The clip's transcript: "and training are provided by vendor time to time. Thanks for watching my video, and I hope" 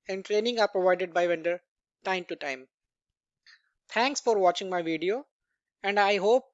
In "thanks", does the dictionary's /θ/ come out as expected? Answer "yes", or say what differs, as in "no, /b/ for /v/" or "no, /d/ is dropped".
no, /t/ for /θ/